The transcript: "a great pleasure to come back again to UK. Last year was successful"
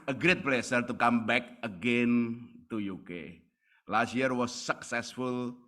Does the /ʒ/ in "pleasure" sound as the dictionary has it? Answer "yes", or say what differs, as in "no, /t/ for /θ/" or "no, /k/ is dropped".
no, /s/ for /ʒ/